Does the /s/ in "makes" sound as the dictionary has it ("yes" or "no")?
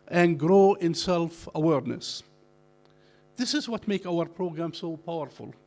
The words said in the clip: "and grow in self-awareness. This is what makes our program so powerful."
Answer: no